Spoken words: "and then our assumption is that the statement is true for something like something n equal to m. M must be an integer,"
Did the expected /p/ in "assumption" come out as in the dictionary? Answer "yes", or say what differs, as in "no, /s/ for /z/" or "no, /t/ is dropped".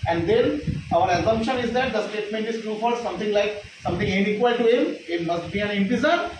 yes